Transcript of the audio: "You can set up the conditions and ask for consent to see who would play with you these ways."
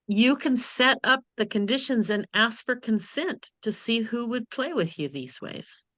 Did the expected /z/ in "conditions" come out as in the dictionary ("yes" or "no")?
yes